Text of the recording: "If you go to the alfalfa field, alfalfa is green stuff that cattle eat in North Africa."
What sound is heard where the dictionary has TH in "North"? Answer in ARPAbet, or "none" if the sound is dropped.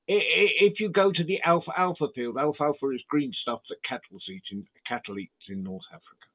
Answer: TH